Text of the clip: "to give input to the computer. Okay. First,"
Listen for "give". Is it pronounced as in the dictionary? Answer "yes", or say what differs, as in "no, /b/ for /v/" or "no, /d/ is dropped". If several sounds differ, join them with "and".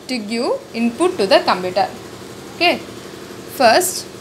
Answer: no, /v/ is dropped